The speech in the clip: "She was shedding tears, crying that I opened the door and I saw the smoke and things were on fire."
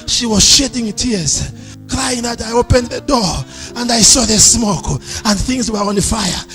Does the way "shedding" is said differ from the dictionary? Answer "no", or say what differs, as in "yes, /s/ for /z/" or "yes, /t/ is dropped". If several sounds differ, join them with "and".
no